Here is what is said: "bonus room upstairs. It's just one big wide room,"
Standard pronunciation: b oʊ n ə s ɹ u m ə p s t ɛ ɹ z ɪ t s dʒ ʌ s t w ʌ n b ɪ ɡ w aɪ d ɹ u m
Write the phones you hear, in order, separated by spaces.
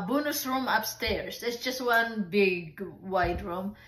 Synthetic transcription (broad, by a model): b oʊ n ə s ɹ u m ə p s t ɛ ɹ s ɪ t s dʒ ʌ s t w ʌ n b ɪ ɡ w aɪ d ɹ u m